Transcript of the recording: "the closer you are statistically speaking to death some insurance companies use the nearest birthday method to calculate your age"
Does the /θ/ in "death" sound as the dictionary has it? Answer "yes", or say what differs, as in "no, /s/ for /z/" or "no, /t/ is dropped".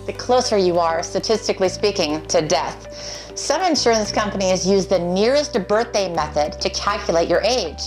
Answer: yes